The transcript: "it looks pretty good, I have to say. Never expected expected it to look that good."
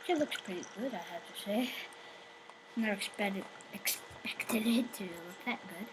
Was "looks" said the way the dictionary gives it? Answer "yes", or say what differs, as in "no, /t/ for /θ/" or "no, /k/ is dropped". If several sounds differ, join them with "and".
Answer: yes